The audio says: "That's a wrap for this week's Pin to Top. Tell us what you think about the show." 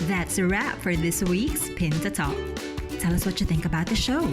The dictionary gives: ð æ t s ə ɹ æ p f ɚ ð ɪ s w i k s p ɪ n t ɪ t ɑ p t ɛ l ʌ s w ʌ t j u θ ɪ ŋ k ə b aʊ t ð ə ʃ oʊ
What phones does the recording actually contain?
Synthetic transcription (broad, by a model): ð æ t s ə ɹ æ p f ɚ ð ɪ s w i k s p ɪ n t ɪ t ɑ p t ɛ l ʌ s w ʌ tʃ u θ ɪ ŋ k ə b aʊ t ð ə ʃ oʊ